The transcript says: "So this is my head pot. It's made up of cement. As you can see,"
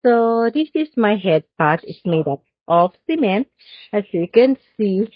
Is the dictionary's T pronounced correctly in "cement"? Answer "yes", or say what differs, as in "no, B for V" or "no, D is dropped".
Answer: no, T is dropped